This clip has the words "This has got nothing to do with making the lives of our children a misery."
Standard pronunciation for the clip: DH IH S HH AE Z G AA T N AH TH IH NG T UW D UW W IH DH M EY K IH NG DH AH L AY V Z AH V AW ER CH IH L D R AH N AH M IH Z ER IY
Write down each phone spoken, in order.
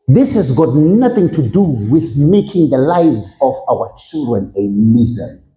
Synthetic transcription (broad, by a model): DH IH S HH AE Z G AA T N AH TH IH NG T UW D UW W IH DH M EY K IH NG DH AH L AY V Z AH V AW ER CH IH L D R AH N AH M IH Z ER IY